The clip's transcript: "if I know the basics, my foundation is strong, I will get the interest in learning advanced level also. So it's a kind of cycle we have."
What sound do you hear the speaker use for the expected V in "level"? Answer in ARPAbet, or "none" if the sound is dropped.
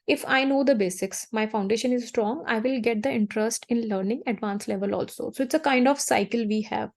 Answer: V